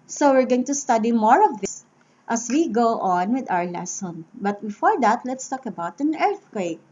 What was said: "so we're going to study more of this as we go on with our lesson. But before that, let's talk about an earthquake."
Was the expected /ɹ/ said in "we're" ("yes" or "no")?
yes